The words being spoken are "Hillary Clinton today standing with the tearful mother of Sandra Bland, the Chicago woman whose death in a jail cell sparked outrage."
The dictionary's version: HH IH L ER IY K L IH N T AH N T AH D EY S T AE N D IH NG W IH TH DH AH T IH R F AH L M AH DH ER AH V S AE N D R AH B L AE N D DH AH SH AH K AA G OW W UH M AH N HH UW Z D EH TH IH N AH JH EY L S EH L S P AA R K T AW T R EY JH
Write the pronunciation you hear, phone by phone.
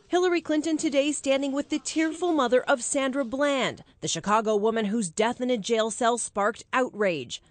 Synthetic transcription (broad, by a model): HH IH L ER IY K L IH N T AH N T AH D EY S T AE N D IH NG W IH DH AH T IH R F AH L M AH DH ER AH V S AE N D R AH B L AE N D DH AH SH AH K AA G OW W UH M AH N HH UW Z D EH TH IH N AH JH EY L S EH L S P AA R K T AW T R EY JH